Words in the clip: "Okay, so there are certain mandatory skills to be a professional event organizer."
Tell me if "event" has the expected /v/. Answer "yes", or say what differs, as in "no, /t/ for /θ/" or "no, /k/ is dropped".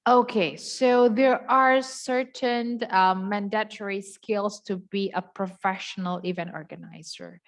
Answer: yes